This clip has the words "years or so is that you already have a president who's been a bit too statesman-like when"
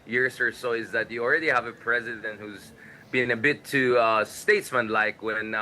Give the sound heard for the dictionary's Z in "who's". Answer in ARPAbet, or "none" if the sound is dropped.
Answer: Z